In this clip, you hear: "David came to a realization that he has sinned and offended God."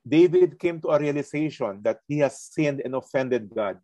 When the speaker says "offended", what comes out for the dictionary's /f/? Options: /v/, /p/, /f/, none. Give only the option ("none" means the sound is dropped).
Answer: /f/